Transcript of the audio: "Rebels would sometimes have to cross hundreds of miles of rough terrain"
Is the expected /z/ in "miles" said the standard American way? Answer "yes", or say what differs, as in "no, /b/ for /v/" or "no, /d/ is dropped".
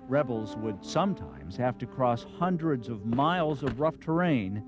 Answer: yes